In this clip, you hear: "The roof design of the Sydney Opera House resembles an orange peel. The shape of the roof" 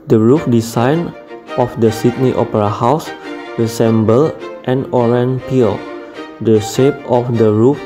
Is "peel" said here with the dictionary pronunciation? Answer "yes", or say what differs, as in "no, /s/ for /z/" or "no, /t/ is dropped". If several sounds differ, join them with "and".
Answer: yes